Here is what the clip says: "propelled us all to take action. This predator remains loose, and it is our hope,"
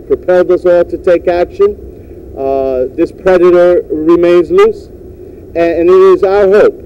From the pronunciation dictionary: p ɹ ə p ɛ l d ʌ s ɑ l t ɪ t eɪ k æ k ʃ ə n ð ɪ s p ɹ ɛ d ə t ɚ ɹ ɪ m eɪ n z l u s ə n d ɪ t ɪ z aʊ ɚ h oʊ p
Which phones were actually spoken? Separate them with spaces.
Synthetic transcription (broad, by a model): p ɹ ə p ɛ l d ʌ s ɑ l t ɪ t eɪ k æ k ʃ ə n ð ɪ s p ɹ ɛ d ə t ɚ ɹ ɪ m eɪ n z l u s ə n ɪ t ɪ z aʊ ɚ h oʊ p